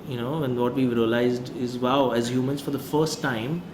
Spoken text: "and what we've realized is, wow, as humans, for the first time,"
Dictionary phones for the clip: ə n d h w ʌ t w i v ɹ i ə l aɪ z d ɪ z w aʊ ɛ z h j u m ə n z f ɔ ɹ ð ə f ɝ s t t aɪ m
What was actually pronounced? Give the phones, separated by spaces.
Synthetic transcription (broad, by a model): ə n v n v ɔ t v i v ɹ i ə l aɪ z d ɪ z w aʊ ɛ z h j u m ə n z f ɔ ɹ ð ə f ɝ s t t aɪ m